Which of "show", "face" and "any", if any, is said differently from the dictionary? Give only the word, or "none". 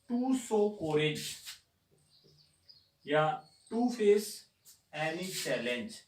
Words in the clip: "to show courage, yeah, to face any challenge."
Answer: show